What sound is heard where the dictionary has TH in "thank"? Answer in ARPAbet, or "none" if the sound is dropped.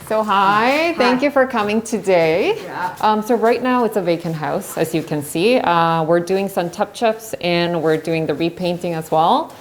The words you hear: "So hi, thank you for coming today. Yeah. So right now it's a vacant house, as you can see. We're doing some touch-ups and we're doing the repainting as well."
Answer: TH